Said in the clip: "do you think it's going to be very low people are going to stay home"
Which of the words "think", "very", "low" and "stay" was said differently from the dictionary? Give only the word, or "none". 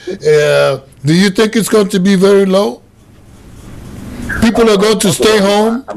none